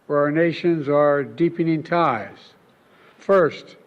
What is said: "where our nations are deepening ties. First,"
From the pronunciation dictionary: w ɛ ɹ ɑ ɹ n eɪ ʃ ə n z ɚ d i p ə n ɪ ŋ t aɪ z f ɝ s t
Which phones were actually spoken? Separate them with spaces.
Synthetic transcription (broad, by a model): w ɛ ɹ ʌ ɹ n eɪ ʃ ə n z ɚ d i p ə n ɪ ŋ t aɪ z f ɝ s t